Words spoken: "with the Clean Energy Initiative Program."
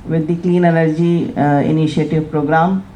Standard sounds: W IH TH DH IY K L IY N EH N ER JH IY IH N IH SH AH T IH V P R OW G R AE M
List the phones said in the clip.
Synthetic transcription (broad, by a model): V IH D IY K L IY N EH L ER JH IY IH N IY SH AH T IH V P R OW G R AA M